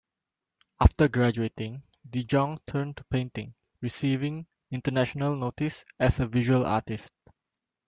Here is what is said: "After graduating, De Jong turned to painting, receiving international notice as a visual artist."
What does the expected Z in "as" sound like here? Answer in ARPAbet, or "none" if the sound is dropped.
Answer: S